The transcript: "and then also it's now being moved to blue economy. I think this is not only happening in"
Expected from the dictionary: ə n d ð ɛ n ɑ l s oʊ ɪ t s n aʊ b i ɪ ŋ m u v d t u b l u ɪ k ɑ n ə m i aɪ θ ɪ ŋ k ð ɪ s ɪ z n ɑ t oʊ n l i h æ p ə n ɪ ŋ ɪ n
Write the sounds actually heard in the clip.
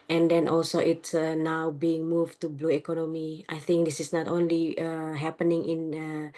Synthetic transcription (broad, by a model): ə n d ɛ n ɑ l s oʊ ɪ t s n aʊ b i ɪ ŋ m u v t u b l u ɪ k ɑ n ə m i aɪ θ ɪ ŋ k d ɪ s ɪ s n ɑ t oʊ n l i h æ p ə n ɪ ŋ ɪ n